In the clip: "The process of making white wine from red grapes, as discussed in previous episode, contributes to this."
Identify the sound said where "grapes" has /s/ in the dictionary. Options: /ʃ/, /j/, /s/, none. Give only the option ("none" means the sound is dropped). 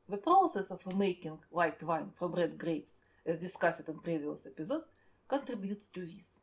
/s/